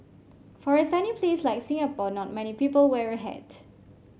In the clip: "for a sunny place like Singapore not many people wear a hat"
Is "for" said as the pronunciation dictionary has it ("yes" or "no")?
yes